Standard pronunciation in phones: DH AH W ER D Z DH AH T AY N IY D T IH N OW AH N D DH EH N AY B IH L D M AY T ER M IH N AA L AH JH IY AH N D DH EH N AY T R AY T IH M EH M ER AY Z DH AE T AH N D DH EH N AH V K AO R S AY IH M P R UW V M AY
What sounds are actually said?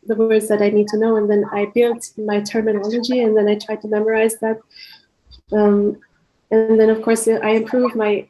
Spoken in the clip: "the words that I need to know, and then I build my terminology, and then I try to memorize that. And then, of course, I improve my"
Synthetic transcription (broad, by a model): DH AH W ER D Z DH AH T AY N IY D T IH N OW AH N DH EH N AY B IH L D M AY T ER M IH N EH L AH JH IY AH N DH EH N AY T R AY T IH M EH M ER AY Z DH AE T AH N DH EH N AH V K AO R S AY IH M P R UW V M AY